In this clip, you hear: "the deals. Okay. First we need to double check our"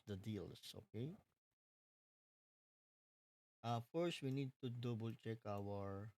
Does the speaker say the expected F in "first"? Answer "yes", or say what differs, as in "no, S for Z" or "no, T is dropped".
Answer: yes